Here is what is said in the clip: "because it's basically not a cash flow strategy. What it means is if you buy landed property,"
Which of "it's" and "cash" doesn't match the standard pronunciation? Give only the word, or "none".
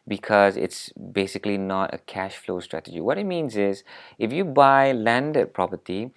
none